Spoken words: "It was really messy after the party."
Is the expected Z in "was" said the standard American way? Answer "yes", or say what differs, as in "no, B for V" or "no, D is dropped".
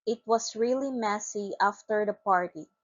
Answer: no, S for Z